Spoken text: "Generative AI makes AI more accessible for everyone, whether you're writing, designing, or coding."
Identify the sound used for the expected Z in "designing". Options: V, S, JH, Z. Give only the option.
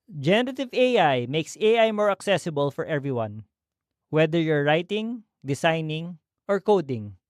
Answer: S